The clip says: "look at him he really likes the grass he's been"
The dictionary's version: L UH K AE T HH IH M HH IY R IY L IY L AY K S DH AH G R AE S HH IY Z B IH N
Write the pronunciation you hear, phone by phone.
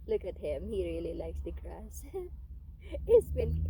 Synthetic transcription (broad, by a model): L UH K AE T HH IH M HH IY R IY L IY L AY K S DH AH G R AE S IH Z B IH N